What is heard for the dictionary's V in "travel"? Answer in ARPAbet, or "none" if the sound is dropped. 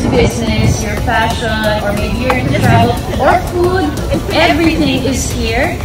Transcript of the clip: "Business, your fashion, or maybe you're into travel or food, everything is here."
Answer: none